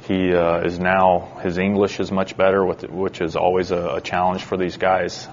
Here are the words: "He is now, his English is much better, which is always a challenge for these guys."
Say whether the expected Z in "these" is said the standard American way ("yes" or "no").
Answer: yes